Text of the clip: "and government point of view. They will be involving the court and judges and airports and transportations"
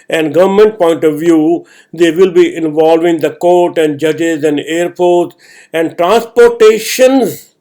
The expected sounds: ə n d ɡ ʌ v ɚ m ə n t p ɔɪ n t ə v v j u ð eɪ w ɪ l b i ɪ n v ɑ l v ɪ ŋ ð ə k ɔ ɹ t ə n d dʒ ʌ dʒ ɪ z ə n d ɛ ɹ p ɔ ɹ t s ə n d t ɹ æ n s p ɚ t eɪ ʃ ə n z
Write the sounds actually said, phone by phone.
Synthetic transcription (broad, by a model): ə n d ɡ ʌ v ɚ m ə n t p ɔɪ n t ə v v j u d eɪ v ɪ l b i ɪ n v ɑ l v ɪ ŋ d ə k ɔ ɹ t ə n d dʒ ʌ dʒ ɪ z ə n d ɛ ɹ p ɔ ɹ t ə n d t ɹ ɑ n s p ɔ t eɪ ʃ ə n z